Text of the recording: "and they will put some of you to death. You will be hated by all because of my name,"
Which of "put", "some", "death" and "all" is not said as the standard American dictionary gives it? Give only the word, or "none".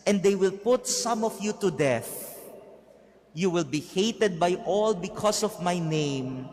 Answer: none